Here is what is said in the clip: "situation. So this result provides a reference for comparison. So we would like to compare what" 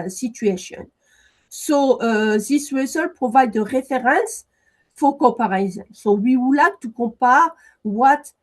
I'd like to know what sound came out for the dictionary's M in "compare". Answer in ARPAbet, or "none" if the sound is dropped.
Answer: none